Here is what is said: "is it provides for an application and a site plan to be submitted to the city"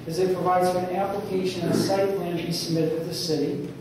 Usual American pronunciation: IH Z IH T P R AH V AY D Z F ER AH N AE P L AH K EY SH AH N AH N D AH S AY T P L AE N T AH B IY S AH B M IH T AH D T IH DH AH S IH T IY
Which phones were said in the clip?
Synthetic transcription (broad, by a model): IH Z IH T P R AH V AY D Z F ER AH N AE P L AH K EY AH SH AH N AH S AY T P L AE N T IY S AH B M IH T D T IH DH AH S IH T IY